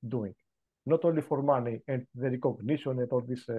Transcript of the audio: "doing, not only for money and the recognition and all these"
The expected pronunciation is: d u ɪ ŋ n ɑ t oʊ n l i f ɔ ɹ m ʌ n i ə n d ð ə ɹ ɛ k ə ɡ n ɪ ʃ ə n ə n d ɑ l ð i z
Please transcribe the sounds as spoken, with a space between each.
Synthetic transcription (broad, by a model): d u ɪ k n ɑ t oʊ l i f ɔ ɹ m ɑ n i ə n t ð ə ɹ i k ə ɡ n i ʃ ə n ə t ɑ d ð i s